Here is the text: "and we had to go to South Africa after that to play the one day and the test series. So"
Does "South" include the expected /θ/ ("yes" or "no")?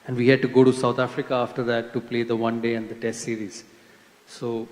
no